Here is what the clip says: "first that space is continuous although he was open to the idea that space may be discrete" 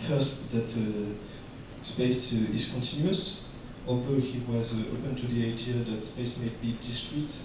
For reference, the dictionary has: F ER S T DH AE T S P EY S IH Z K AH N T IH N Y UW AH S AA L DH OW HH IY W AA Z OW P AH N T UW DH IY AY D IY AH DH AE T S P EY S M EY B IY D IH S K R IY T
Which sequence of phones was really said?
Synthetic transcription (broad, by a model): F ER S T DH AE T S P EY S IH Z K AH N T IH N Y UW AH S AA L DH OW HH IY W AA Z OW P AH N T UW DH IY AY D IY AH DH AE T S P EY S M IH B IY D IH S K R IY T